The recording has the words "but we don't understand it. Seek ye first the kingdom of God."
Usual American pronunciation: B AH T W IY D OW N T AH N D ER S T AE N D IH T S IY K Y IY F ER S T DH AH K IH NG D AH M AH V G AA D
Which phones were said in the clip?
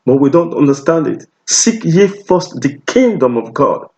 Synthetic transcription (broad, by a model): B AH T W IY D OW N T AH N D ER S T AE N D IH T S IY K Y IY F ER S T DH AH K IH NG D AH M AH V G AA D